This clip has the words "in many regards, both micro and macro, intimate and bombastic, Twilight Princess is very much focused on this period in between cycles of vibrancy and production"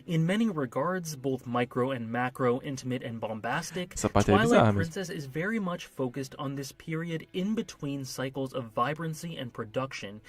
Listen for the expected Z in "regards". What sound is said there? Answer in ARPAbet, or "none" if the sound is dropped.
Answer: Z